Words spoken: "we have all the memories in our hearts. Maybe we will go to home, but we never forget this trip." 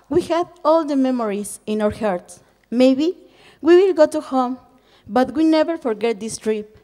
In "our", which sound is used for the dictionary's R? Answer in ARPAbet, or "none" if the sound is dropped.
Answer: R